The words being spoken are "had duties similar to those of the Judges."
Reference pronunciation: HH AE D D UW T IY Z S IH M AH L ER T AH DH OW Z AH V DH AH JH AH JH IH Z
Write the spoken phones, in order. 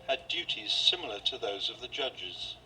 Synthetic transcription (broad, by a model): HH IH D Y UW T IY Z S IH M L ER T AH DH OW Z AH V DH AH JH AH JH IH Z